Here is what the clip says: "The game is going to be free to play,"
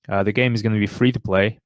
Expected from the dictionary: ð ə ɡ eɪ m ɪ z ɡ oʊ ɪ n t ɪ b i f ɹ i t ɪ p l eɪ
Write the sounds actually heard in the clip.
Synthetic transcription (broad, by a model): ð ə ɡ eɪ m ɪ z ɡ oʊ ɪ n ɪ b i f ɹ i t ɪ p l eɪ